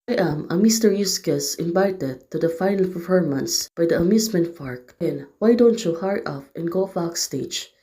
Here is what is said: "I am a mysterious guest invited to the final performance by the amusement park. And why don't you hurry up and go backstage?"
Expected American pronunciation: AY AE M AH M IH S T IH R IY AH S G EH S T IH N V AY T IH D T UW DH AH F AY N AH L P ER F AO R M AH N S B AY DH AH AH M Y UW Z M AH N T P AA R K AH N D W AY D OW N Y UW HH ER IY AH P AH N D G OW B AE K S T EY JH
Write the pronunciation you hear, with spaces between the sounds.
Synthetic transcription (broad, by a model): AY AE M AH M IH S T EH R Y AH S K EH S IH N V AY T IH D T UW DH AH F AY N AH L P ER F AO R M AH N S B AY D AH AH M Y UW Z M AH N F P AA R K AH N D W AY D OW N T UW HH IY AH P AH N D G OW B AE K S T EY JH